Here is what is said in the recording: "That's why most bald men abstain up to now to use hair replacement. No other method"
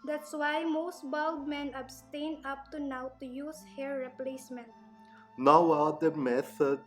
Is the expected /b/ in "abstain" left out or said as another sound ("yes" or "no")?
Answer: no